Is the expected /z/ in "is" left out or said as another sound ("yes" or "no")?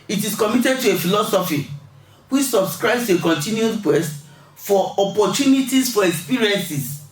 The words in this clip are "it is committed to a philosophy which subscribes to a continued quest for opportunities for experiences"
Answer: yes